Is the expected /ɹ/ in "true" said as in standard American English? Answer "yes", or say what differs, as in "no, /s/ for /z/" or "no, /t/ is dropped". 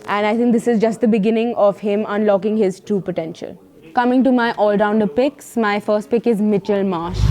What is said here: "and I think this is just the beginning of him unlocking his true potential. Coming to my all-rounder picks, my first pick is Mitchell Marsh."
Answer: no, /ɹ/ is dropped